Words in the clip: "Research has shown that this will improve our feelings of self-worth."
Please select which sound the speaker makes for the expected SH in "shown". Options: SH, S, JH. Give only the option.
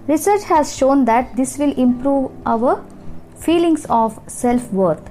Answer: SH